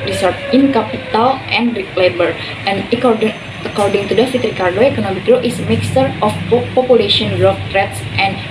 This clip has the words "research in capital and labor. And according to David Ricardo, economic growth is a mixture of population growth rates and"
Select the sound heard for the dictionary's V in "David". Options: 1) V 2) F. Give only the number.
2